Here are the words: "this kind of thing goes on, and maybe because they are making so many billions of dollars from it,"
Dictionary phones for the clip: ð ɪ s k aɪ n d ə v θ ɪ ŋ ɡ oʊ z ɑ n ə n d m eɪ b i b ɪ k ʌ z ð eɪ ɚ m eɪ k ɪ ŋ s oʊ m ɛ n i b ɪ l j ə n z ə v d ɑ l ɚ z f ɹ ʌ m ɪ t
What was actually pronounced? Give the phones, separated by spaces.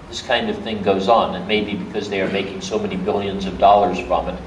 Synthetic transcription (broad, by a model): ð ɪ s k aɪ n d ə v θ ɪ ŋ ɡ oʊ z n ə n m eɪ b i b ɪ k ʌ z ð eɪ ɚ m eɪ k ɪ ŋ s oʊ m ɛ n i b ɪ l j ə n z ə v d ɑ l ɚ z f ɹ ʌ m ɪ t